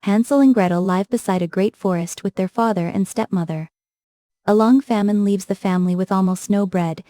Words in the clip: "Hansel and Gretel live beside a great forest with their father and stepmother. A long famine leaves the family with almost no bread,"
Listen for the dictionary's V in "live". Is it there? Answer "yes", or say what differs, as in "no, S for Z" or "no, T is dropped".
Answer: yes